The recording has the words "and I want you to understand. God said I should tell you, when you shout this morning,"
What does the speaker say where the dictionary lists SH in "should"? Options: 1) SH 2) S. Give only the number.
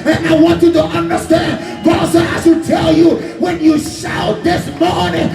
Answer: 2